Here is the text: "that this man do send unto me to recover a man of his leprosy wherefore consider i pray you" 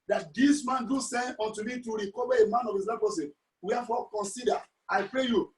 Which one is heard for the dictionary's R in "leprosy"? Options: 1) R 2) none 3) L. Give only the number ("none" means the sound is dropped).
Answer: 2